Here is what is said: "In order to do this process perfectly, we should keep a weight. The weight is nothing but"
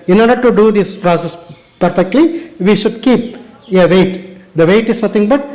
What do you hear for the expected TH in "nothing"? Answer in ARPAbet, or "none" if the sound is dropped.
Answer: T